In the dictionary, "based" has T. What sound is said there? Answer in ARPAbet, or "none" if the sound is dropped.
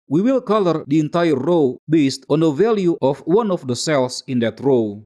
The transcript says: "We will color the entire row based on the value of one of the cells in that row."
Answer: T